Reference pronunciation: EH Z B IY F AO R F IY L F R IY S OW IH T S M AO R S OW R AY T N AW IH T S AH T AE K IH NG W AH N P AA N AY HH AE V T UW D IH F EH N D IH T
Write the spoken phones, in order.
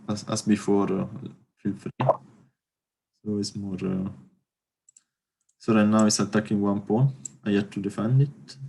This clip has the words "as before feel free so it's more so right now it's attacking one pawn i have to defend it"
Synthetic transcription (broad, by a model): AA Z B IY F AO R F IY L F R IY S OW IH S M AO R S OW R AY N AW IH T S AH T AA K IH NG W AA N P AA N AY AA T UW D IH F EH N D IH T